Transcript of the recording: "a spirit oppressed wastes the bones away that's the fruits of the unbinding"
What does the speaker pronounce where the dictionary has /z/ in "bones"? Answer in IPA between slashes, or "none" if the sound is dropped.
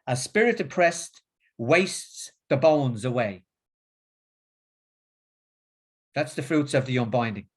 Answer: /z/